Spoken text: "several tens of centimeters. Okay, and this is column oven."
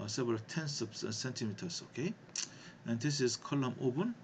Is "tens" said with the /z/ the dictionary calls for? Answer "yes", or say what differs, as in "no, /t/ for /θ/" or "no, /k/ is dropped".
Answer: no, /s/ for /z/